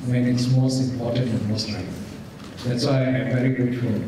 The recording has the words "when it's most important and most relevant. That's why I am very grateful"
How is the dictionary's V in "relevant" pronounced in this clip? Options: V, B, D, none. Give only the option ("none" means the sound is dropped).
none